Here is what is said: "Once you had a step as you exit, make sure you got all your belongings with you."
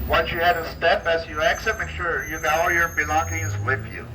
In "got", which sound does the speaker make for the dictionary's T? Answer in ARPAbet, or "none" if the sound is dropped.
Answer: none